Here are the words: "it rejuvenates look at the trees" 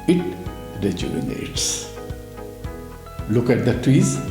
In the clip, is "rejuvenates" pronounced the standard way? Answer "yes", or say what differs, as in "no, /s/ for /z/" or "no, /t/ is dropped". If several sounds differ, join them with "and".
no, /v/ is dropped